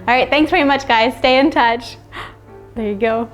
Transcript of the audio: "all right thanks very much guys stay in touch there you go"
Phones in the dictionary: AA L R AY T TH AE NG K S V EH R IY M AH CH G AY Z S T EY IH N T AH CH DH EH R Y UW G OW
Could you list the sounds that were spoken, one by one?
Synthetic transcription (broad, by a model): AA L R AY T TH AE NG K S V EH R IY M AH CH G AY Z S T EY IH N T AH CH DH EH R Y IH G OW